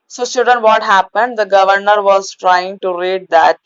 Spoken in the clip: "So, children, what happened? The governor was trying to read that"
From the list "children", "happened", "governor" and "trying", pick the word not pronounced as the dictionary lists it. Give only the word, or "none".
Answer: children